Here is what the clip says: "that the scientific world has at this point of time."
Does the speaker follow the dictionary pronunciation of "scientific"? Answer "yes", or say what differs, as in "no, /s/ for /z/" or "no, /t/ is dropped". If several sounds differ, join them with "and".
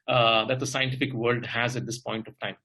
yes